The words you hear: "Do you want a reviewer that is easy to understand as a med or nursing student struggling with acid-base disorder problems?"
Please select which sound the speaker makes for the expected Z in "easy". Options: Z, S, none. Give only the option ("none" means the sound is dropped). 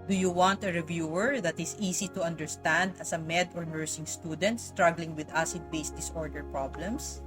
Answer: S